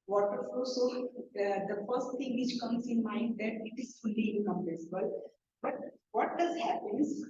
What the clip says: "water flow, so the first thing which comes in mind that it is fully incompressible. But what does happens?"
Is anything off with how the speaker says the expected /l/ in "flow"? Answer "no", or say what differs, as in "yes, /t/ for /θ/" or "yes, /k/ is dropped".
yes, /l/ is dropped